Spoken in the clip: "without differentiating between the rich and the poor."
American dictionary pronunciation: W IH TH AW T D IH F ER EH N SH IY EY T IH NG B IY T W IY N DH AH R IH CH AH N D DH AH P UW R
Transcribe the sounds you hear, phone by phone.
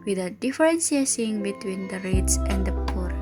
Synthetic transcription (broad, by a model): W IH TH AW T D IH F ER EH N S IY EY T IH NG B IY T W IY N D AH R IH S AH N D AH P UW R